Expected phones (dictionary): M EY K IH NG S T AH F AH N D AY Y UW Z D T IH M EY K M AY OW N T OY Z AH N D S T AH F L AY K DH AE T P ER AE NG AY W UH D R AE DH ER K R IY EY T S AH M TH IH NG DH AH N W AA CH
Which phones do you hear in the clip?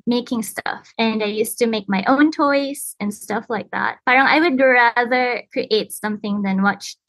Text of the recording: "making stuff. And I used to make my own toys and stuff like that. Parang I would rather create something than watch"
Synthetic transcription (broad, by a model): M EY K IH NG S T AH F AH N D AY Y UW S T IH M EY K M AY OW N T OY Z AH N S T AH F L AY K DH AE T B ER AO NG AY W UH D R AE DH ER K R IY EY T S AH M TH IH NG DH AH N W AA CH